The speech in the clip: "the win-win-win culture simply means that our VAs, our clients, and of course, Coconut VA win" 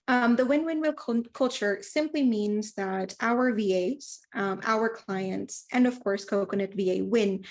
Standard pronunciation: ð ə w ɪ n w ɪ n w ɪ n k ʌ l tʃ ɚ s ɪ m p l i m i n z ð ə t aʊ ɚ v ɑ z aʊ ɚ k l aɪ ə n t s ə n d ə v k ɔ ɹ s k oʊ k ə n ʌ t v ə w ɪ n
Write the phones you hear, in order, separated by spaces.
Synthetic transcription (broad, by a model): ð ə w ɪ n w ɪ n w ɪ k k ʌ l tʃ ɚ s ɪ m p l i m i n z ð ə t aʊ ɚ v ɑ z aʊ ɚ k l aɪ ə n t s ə n ə v k ɔ ɹ s k oʊ k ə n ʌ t v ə w ɪ n